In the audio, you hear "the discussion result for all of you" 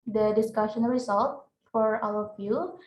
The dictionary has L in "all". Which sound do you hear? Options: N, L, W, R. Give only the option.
W